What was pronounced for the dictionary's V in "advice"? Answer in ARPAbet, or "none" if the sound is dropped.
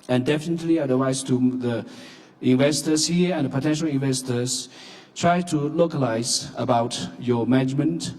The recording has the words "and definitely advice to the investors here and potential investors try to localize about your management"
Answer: W